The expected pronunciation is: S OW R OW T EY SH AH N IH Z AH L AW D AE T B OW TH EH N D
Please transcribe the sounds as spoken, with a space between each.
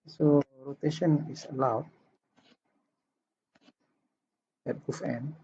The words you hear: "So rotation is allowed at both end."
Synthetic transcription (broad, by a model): S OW R OW T EY SH AH N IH S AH L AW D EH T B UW F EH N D